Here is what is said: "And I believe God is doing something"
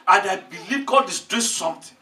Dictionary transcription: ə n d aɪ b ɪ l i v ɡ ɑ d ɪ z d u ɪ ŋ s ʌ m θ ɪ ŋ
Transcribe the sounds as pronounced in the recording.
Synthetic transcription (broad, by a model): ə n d aɪ b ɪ l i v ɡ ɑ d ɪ s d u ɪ s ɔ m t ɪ